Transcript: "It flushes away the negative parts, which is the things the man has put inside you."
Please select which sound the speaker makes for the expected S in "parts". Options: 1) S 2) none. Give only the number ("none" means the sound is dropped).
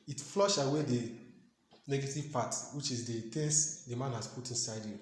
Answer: 2